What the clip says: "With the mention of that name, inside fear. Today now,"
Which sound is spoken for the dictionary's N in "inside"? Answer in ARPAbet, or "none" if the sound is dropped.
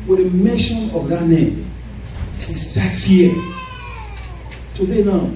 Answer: none